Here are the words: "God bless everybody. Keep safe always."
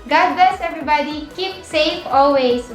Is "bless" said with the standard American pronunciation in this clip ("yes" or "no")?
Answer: no